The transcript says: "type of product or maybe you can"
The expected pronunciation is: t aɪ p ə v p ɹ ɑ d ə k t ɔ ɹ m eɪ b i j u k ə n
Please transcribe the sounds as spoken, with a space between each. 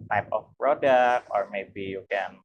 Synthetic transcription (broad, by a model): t aɪ p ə f p ɹ ɑ d ə k t ɔ ɹ m eɪ b i j u k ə n